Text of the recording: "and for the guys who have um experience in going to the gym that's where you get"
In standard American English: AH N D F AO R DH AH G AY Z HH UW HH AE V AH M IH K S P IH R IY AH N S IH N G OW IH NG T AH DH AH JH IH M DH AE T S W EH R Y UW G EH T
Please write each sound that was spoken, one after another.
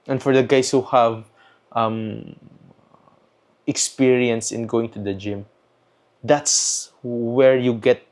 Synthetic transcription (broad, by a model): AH N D F AO R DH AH G AY S HH UW HH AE V AH M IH K S P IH R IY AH N S IH N G OW IH NG T AH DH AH JH IH M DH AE T S W EH R Y UW G EH T